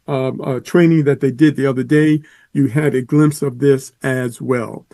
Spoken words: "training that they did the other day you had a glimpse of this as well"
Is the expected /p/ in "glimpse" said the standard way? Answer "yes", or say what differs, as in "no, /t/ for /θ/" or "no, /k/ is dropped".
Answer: yes